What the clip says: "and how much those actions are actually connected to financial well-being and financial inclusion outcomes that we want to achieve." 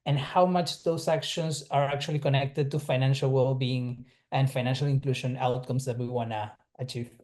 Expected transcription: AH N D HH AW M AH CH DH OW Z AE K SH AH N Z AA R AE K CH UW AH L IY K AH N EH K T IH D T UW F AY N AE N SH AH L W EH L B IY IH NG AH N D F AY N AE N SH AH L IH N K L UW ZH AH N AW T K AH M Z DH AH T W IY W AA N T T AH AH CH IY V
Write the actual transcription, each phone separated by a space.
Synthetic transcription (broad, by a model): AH N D HH AW M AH CH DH OW S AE K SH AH N S AA R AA K CH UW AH L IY K AH N EH K T IH D T UW F AY N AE N SH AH L W EH L B IY IH NG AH N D F AY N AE N SH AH L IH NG K L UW SH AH N AW T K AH M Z DH AH T W IY W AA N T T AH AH CH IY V